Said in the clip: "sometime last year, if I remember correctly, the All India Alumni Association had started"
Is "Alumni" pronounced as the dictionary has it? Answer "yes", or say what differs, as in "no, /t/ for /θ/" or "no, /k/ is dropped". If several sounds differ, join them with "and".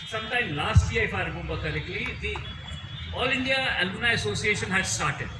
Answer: no, /m/ is dropped